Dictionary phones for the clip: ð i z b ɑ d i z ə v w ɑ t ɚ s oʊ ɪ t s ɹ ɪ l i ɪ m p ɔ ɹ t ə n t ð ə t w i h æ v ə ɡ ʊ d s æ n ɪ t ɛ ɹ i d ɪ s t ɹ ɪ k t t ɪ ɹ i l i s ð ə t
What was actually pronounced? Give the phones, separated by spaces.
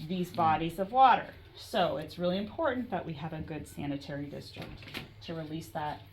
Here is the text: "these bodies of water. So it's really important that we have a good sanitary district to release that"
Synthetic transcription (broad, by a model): ð i z b ɑ d i z ə v w ɑ t ɚ s oʊ ɪ t s ɹ ɪ l i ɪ m p ɔ ɹ t n ð ə t w i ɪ v ə ɡ ʊ d s æ n ɪ t ɛ ɹ i d ɪ s t ɹ ɪ k t t ɪ ɹ i l i s ð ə t